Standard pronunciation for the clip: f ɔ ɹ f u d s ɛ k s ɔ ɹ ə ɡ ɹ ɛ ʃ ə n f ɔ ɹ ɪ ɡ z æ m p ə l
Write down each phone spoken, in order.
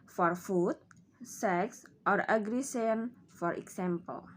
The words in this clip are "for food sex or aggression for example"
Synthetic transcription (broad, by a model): f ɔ ɹ f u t s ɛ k s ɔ ɹ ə ɡ ɹ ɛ s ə n f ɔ ɹ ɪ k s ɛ m p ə l